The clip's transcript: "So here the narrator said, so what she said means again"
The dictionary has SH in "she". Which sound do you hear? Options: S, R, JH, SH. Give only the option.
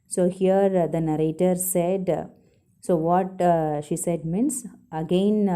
SH